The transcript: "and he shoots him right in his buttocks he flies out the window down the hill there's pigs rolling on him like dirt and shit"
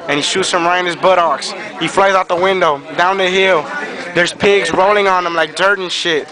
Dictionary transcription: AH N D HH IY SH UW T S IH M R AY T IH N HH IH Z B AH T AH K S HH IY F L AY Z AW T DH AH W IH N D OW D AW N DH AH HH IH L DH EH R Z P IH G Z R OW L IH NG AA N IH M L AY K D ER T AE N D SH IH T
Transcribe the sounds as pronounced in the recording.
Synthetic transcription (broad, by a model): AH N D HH IY SH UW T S IH M R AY IH N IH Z B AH T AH K S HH IY F L AY Z AW T DH AH W IH N D OW D AW N DH AH HH IH L DH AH R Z P IH G Z R OW L IH NG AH N IH M L AY K D ER T N SH IH T